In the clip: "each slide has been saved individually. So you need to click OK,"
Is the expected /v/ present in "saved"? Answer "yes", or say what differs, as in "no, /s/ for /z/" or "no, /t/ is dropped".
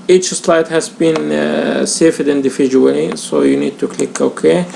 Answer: no, /f/ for /v/